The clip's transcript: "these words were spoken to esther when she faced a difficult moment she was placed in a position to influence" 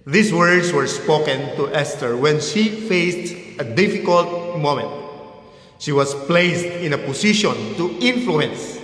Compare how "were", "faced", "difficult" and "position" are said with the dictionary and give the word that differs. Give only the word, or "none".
position